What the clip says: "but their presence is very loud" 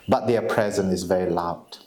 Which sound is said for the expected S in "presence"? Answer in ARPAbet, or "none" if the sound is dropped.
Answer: none